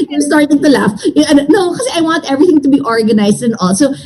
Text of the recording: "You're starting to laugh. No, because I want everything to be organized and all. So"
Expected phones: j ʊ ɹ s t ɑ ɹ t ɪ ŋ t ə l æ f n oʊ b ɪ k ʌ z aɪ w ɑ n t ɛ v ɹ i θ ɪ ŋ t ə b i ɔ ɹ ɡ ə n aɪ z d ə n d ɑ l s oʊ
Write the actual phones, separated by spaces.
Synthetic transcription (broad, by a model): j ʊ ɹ s t ɑ ɹ t ɪ ŋ t ə l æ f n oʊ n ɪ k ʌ s aɪ w ɑ n t ɛ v ɹ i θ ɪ ŋ t ə b i ɔ ɹ ɡ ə n aɪ s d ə n ɑ l s oʊ